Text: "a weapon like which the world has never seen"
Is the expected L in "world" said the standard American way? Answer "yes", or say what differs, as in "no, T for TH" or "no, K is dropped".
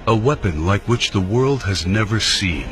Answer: yes